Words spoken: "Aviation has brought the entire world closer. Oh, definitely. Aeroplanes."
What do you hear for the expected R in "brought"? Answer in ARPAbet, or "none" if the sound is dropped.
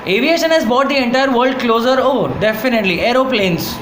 none